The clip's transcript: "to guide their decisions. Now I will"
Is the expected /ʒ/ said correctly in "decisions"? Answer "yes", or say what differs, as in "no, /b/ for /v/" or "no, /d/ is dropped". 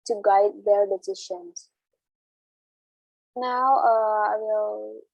no, /ʃ/ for /ʒ/